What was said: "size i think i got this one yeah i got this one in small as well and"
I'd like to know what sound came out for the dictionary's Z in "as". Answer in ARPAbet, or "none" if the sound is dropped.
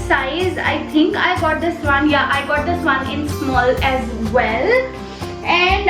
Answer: Z